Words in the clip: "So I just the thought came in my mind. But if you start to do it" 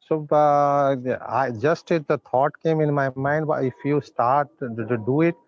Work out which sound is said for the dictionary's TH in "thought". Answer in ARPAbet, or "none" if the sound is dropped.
T